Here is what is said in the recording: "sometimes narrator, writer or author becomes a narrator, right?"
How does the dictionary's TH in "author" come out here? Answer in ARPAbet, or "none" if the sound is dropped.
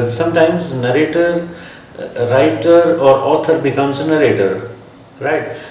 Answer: T